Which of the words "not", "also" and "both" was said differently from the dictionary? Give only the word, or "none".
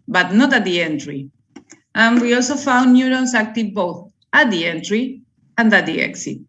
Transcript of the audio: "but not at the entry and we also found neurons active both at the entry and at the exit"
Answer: none